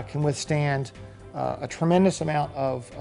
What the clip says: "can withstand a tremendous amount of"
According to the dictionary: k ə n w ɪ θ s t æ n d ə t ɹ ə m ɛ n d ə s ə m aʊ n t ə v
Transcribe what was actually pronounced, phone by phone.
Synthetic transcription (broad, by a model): k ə n w ɪ θ s t æ n d ə t ɹ ə m ɛ n d ə s ə m aʊ n t ə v